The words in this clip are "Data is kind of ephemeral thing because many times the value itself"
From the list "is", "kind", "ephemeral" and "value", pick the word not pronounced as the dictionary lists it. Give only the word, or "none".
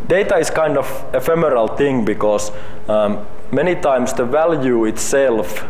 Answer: is